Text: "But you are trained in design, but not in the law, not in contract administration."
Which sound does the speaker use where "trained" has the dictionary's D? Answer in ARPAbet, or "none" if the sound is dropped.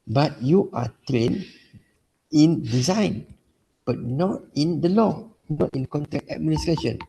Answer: none